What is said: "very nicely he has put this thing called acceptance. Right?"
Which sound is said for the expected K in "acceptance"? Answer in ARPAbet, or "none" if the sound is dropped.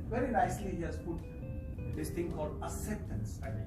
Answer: none